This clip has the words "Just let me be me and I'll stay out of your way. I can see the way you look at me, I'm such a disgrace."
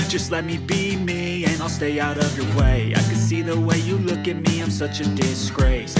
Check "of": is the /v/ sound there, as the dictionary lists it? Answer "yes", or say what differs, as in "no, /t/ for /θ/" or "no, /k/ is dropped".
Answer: yes